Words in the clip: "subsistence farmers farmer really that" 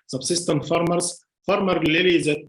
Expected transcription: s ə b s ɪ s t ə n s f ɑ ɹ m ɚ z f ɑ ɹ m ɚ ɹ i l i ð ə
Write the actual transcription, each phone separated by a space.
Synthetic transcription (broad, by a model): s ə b s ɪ s t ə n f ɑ ɹ m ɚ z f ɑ ɹ m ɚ l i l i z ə